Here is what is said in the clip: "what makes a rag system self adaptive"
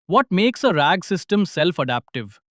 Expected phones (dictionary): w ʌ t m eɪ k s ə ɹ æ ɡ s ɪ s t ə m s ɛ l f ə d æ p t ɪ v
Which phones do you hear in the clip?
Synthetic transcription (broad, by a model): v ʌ t m eɪ k s ə ɹ æ ɡ s ɪ s t ə m s ɛ l f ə d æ p t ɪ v